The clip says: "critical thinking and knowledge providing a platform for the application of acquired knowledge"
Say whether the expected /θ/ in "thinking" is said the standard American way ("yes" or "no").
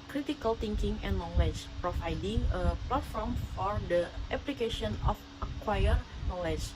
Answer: no